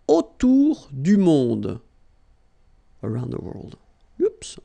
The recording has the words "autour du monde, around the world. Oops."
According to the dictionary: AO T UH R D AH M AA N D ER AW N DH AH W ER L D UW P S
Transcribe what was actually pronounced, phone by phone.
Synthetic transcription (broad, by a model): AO T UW R D AH M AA D ER AW N DH AH W ER L D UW P S